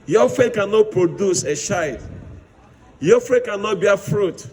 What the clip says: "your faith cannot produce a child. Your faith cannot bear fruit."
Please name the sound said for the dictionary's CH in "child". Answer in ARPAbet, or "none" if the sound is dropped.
SH